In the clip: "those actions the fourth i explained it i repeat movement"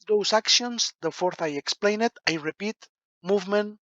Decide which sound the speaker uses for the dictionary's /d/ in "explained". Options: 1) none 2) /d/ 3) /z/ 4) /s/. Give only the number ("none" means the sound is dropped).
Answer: 1